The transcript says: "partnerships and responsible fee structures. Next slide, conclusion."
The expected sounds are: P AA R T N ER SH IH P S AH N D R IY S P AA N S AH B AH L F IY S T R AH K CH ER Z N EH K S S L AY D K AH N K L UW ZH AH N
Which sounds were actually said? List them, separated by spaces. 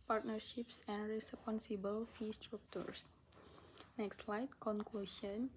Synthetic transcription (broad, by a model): P AA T N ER SH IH P S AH N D R IY S P AA N S AH B AH L F IY S T R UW K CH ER S N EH K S S L AY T K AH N K L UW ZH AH N